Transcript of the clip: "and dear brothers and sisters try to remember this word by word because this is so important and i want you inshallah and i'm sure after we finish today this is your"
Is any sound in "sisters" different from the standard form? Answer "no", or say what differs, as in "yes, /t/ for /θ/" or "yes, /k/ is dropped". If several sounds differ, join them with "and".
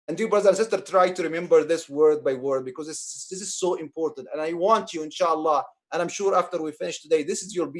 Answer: yes, /z/ is dropped